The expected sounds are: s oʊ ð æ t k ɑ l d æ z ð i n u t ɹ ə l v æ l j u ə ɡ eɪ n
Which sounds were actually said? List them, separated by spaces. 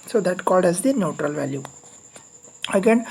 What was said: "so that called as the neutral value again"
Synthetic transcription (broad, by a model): s oʊ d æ t k ɑ l d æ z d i n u t ɹ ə l v æ l j u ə ɡ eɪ n